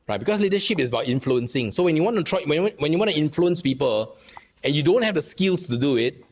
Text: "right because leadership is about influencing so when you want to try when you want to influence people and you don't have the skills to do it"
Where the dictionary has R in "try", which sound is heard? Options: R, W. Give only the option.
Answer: W